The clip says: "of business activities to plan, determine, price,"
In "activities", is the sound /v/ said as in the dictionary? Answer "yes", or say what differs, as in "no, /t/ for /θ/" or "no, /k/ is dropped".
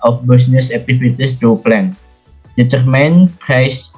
no, /f/ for /v/